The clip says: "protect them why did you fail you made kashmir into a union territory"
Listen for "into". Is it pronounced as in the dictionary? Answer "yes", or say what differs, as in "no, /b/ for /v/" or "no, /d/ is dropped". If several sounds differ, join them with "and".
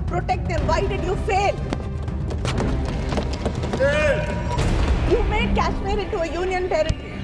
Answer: no, /n/ is dropped